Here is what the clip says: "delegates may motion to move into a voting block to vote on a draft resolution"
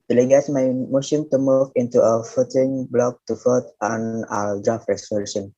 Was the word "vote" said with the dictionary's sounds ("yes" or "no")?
no